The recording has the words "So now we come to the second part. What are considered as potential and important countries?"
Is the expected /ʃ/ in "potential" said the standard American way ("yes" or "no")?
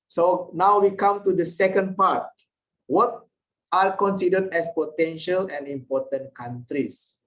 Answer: yes